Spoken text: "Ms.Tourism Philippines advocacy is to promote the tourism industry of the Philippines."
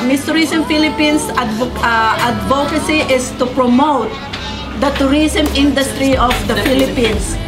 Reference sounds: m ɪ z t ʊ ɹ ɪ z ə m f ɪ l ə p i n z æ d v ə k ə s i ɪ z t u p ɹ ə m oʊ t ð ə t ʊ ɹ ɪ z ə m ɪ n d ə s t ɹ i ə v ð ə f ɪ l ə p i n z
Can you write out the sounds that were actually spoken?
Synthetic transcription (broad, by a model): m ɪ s t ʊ ɹ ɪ s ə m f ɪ l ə p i n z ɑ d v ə k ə s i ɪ s t u p ɹ ə m oʊ t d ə t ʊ ɹ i s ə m ɪ n d ə s t ɹ i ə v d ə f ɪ l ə p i n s